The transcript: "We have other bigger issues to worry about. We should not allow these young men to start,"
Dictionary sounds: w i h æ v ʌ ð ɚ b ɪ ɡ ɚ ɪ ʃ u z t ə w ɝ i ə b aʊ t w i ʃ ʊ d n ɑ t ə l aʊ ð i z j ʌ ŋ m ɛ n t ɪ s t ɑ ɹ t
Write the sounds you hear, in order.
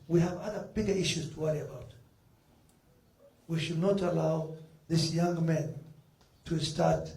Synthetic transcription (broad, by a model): w i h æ v ʌ ð ɚ b ɪ ɡ ɚ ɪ ʃ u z t ə w ɝ i ə b aʊ t w i ʃ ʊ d n ɑ t ə l aʊ ð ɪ s j ʌ ŋ m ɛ n t ɪ s t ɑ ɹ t